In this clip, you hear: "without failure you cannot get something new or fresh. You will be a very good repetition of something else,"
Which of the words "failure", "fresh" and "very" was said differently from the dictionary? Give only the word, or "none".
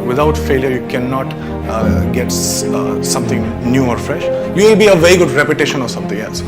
none